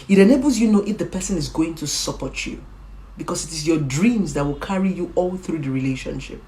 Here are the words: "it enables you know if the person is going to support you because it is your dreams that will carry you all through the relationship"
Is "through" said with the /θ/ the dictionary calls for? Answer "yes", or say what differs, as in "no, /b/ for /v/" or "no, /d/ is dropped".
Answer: yes